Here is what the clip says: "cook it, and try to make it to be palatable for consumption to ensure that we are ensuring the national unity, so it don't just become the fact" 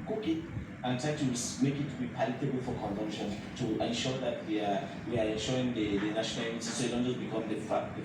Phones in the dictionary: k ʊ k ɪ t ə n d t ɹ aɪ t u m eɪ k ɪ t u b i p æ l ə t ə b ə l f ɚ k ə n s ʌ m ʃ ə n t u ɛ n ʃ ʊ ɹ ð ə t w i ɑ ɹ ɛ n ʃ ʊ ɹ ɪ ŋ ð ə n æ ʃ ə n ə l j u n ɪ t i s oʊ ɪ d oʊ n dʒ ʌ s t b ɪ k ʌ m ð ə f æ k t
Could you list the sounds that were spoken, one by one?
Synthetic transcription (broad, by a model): k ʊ k ɪ t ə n t ɹ aɪ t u m eɪ k ɪ t u b i p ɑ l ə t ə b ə l f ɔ k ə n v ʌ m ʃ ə n t u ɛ n ʃ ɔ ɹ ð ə t w i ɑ w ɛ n ʃ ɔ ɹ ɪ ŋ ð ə n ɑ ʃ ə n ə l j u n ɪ s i s oʊ ɪ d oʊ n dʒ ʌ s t b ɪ k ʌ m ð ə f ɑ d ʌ